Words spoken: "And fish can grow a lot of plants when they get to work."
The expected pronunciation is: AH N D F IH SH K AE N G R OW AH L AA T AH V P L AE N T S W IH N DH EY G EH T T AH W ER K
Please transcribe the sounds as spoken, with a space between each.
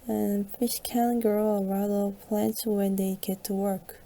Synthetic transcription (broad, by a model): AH N F IH SH K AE L G R L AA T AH P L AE N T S W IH N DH EY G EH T T AH W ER K